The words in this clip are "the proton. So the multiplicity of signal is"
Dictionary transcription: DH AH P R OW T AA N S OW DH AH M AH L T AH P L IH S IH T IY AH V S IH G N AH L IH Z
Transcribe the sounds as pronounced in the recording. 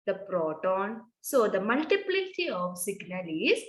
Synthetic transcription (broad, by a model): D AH P R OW T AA N S OW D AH M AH L T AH P L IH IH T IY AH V S IH G N AH L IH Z